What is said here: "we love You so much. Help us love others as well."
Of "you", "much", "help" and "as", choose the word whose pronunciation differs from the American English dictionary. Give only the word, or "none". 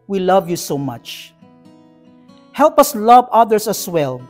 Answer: as